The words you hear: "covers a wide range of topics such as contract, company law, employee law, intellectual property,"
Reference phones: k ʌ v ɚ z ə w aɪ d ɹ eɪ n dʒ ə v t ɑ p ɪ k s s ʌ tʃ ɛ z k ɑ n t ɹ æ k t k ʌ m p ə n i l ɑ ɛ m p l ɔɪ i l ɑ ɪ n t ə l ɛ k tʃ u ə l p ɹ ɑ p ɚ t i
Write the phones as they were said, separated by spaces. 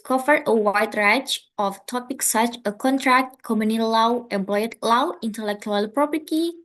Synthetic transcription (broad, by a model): k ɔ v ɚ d ə w aɪ d ɹ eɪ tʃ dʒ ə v t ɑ p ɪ k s s ʌ tʃ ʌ k ɑ n t ɹ æ k t k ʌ m ə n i l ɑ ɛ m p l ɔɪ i l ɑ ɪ n t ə l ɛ k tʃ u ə l p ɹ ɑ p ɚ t i